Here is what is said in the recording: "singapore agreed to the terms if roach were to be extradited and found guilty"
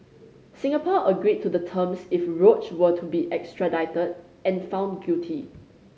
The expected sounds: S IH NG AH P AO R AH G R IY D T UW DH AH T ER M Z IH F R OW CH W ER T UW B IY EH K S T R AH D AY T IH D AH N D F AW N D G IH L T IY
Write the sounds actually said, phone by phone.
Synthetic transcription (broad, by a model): S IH NG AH P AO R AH G R IY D T UW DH AH T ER M S IH F R OW CH W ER T UW B IY EH K S T R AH D AY T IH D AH N F AW N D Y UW T IY